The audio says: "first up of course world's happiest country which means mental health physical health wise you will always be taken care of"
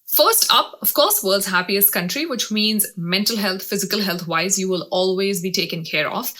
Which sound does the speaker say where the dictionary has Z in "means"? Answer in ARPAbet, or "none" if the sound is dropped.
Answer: Z